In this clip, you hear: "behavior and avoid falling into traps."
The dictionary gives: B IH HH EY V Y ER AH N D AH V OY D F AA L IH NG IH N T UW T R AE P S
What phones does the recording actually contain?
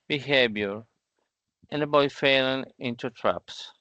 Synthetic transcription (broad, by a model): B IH HH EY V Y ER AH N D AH B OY F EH L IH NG IH N T UW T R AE P S